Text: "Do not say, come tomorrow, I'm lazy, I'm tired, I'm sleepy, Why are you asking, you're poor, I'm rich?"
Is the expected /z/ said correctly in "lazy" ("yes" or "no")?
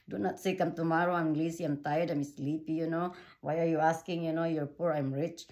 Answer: no